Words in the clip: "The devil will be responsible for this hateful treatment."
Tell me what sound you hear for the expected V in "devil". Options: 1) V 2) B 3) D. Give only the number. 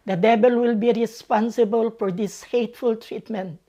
2